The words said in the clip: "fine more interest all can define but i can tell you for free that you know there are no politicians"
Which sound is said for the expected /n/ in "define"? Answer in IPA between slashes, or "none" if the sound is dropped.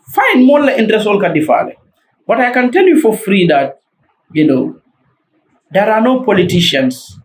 /l/